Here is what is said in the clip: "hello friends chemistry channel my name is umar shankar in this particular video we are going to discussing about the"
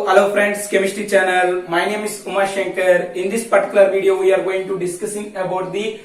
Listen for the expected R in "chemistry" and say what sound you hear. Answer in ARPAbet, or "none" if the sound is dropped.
none